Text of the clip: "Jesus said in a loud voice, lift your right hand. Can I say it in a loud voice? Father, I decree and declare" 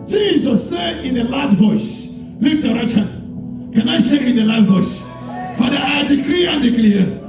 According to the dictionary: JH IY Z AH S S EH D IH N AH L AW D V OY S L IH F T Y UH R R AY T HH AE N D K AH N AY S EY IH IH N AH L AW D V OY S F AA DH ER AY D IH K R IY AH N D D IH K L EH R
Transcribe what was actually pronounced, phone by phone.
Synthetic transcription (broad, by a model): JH IY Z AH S S EH D IH N AH L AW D V OY S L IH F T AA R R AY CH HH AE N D K AH N AY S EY IH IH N AH L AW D V OY S F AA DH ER AY D IH K R IY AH N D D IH K L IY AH